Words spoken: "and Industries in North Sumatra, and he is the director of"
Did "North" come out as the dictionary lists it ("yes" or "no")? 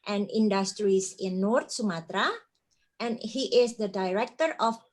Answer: no